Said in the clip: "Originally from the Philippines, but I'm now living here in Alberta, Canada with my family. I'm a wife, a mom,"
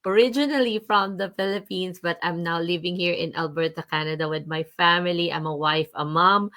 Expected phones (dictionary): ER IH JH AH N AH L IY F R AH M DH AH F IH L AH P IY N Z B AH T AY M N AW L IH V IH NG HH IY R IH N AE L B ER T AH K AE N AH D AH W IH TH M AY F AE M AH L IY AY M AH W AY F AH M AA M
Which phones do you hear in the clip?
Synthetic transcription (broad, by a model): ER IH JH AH N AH L IY F R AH M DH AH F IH L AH P IY N S B AH T AY M N AW L IH V IH NG HH IY R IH N AE L B ER T AH K AE N AH D AH W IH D M AY F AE M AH L IY AY M AH W AY F AH M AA M